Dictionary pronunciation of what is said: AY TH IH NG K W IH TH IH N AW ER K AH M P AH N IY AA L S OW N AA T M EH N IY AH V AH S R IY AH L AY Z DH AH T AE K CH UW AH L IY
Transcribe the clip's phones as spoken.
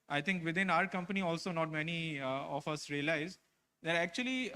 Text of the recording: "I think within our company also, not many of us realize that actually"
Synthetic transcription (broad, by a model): AY T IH NG K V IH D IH N AW ER K AH M P AH N IY AA L S OW N AA T M EH N IY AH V AH S R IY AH L AY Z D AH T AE K CH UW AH L IY